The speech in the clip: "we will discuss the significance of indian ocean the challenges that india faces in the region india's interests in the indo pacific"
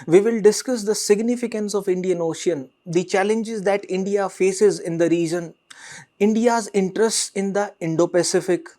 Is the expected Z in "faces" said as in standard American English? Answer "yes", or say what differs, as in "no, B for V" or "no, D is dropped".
yes